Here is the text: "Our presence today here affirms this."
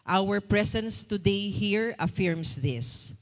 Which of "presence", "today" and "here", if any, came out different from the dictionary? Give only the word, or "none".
presence